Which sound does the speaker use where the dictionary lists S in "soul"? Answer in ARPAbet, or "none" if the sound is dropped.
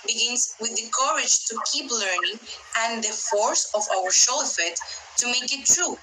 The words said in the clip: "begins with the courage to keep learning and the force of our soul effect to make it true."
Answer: SH